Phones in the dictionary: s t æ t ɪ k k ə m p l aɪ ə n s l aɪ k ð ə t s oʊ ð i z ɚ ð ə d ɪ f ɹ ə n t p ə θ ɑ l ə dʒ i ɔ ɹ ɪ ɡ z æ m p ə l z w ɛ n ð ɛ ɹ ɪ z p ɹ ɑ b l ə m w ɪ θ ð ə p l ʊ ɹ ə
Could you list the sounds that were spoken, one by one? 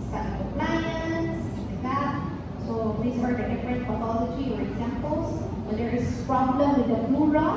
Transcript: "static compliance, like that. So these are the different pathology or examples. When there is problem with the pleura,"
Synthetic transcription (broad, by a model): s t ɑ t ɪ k k ə m p l aɪ ə n s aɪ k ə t s oʊ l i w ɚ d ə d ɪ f ɹ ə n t f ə t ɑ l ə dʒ i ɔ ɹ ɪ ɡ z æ m p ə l s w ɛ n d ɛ ɹ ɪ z p ɹ ɑ b l ə m w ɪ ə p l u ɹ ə